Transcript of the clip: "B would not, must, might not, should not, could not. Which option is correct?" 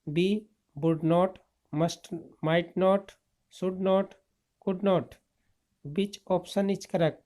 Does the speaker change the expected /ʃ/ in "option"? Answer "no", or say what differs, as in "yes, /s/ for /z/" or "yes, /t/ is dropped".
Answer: yes, /s/ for /ʃ/